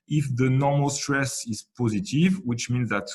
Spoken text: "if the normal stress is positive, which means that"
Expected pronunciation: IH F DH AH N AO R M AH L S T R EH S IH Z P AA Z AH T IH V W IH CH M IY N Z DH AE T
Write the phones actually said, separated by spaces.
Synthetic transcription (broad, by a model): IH F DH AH N AO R M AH L S T R EH S IH Z P AA Z AH T IH V W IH CH M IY N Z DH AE T